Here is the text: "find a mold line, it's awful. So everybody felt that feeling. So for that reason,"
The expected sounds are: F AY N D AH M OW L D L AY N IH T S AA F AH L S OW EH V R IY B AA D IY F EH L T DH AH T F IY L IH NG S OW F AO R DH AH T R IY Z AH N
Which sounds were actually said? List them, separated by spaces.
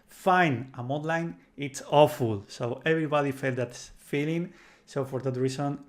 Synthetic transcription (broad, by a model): F AY N AH M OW D L AY N IH T S AA F AH L S OW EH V R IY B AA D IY F EH L T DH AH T F IY L IH NG S OW F AO R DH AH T R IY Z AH N